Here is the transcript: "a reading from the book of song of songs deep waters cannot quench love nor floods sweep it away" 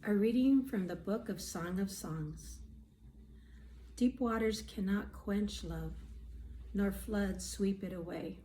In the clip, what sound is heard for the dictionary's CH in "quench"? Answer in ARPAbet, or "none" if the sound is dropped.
CH